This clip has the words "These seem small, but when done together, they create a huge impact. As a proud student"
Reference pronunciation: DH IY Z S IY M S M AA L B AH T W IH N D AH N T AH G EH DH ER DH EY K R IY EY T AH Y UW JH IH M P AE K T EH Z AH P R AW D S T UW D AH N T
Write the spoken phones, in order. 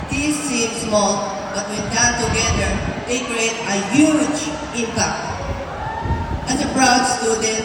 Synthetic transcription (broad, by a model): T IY S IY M S M AA L B AH T W IH N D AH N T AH G EH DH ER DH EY K R IY EY T AH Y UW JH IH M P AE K T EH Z AH B R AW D S T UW D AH N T